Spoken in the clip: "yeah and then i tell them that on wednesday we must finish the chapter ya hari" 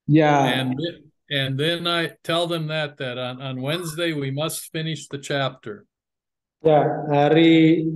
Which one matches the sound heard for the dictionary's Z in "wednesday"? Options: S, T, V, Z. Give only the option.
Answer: Z